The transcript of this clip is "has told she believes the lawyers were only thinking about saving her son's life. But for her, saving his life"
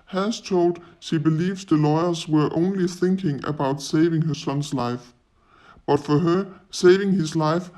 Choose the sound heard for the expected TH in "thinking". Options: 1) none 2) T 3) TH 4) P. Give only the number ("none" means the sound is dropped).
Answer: 3